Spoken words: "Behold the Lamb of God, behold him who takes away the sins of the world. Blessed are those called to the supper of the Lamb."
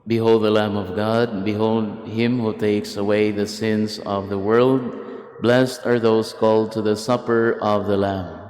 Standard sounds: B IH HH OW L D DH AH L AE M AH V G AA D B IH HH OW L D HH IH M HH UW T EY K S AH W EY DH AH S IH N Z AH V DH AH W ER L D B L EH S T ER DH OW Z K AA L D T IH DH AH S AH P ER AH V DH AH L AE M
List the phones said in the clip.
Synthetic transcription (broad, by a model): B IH HH OW L D DH AH L AE M AH V G AA D B IH HH OW L D HH IH M HH UW T EY K S AH W EY DH AH S IH N Z AH V DH AH W ER L D B L EH S T ER DH OW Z K AA L D T IH DH AH S AH P ER AH V DH AH L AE M